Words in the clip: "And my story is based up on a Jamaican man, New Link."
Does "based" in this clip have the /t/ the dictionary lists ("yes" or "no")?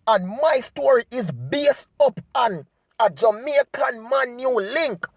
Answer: no